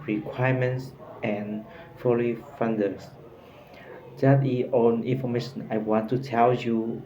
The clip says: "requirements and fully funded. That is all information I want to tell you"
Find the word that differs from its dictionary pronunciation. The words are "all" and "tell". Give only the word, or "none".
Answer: all